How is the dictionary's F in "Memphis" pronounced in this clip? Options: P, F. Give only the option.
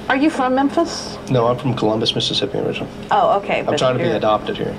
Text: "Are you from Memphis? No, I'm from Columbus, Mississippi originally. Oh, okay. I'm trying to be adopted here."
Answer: F